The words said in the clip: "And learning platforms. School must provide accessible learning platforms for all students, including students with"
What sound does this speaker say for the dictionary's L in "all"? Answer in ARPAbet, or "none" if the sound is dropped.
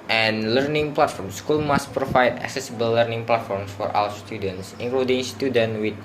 W